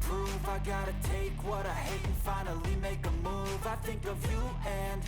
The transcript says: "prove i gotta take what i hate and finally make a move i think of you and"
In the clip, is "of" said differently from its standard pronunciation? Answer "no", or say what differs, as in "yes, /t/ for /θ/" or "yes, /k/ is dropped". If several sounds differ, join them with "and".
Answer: no